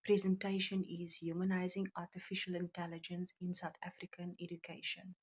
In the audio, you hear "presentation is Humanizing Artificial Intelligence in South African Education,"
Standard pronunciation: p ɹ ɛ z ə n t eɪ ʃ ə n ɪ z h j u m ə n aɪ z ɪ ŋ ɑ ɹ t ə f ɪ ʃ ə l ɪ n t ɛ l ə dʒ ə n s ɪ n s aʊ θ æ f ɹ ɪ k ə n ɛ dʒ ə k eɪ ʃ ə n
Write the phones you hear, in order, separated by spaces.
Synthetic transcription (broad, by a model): p ɹ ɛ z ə n t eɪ ʃ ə n ɪ z h j u m ə n aɪ z ɪ ŋ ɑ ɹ t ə f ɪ ʃ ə l ɪ n t ɛ l ə dʒ ə n s ɪ n s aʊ t æ f ɹ ɪ k ə n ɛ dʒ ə k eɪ ʃ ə n